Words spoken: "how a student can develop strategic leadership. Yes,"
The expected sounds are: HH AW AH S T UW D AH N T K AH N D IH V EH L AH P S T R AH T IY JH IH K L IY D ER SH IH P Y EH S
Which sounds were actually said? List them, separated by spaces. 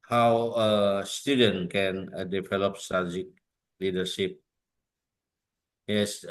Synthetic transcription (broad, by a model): HH AW AH S T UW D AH N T K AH N D IH V EH L AH P S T AH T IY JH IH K L IY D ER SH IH P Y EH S